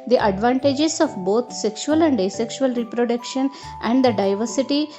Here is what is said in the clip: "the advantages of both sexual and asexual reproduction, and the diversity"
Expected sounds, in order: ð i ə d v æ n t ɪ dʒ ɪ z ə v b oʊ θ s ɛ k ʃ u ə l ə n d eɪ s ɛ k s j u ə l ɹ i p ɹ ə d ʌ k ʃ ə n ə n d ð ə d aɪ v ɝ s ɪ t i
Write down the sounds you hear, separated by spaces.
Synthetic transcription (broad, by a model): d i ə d v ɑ n t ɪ dʒ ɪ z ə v b oʊ t s ɛ k ʃ u ə l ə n d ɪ s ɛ k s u ə l ɹ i p ɹ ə d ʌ k ʃ ə n ə n d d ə d aɪ v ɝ s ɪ t i